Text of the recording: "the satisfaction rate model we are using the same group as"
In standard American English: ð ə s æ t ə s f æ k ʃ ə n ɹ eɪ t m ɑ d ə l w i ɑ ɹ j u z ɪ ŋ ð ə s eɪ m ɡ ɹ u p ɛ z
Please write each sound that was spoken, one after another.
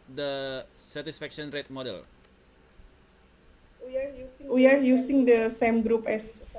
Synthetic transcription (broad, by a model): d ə s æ t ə s f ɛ k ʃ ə n ɹ eɪ t m ɑ d ə l w i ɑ w j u s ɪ ŋ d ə s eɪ m ɡ ɹ u p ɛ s